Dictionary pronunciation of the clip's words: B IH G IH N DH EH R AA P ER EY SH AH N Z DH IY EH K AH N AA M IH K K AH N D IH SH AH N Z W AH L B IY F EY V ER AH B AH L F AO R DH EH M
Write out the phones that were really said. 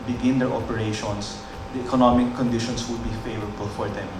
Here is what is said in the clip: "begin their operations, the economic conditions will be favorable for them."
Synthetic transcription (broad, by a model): B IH G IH N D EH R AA P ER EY SH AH N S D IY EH K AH N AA M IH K K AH N D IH SH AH N S W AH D B IY F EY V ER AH B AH L F AO R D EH M